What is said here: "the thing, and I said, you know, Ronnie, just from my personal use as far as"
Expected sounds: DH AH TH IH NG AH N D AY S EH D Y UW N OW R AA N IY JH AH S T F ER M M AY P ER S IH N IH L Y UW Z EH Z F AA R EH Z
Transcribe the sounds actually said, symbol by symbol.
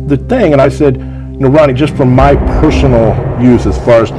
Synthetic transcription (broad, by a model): DH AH TH IH NG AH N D AY S EH D N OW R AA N IY JH AH S T F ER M M AY P ER S N L Y UW Z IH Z F AA R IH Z